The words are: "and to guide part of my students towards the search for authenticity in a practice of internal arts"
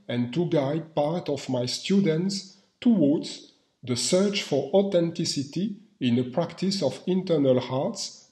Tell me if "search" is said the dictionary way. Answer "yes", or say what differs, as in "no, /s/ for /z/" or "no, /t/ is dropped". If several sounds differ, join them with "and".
yes